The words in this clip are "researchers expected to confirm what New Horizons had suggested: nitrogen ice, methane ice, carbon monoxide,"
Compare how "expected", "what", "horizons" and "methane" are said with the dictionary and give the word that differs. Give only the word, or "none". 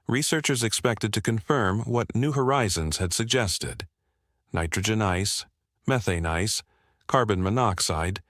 none